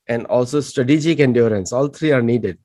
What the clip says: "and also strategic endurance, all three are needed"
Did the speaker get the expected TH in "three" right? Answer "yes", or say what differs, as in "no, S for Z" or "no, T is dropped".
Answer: no, T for TH